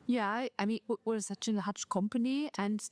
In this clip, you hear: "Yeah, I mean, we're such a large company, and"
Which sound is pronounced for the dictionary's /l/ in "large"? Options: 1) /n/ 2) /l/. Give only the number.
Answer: 1